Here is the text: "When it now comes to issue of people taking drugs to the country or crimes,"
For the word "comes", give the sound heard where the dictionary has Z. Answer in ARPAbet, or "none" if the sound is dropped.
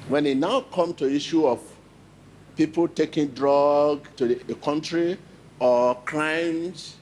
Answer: none